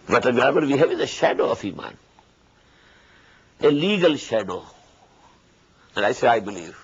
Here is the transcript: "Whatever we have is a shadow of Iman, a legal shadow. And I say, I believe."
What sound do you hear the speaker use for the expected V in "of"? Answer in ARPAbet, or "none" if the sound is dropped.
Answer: F